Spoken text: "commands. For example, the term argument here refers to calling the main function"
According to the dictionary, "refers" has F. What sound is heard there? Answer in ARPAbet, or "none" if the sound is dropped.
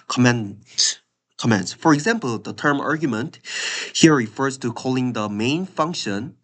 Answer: F